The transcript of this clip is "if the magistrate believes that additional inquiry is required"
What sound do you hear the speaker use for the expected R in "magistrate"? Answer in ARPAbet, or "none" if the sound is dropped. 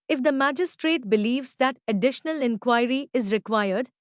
R